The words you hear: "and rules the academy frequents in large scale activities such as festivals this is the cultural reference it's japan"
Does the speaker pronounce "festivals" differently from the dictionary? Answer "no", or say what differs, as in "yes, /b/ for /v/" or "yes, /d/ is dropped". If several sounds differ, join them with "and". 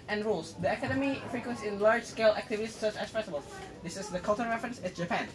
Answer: yes, /b/ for /v/